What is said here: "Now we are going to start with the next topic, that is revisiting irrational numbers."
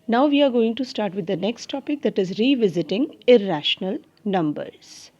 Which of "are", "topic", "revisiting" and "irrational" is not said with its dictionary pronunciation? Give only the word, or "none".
none